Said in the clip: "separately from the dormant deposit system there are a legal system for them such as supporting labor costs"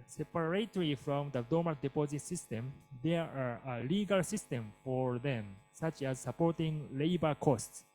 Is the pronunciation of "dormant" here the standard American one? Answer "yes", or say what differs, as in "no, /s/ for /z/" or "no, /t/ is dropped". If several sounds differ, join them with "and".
no, /n/ is dropped